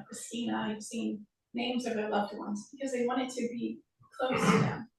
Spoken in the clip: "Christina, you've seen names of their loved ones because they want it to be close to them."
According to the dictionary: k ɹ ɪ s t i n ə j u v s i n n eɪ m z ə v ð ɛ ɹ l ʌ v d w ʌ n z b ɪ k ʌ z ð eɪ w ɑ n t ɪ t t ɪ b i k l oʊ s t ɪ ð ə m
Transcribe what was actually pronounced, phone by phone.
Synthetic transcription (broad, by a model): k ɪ s i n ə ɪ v s i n n eɪ m z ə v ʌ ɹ l ʌ v d w ʌ n z b ɪ k ʌ z ð eɪ w ɑ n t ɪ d t ɪ b i k l oʊ s t ɪ ð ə m